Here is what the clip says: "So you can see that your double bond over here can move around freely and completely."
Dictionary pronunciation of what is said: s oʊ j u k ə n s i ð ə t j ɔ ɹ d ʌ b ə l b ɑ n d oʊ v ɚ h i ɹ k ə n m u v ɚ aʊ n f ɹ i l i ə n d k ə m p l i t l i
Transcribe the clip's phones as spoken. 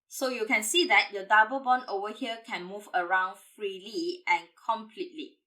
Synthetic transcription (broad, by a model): s oʊ j u k ə n s i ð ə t j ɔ d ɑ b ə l b ɑ n oʊ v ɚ h i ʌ k ə n m u v ɚ aʊ n f ɹ i l i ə n k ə m p l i t l i